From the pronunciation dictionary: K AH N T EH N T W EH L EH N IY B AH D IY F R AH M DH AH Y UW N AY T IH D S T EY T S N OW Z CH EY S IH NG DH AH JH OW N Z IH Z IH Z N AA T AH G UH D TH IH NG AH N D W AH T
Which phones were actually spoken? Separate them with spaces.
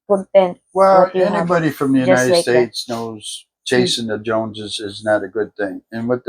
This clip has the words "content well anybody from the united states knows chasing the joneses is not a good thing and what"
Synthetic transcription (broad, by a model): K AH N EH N W EH L EH N IY B AH D IY F R AH M DH AH Y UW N AY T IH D S T EY T S N OW Z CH EY S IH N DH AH JH OW N Z IH Z IH Z N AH T AH G UH D TH IH NG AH N W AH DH